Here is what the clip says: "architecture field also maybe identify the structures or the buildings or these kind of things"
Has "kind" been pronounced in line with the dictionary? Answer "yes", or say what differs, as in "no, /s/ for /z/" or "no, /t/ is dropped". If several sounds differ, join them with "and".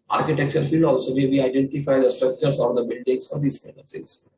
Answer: no, /d/ is dropped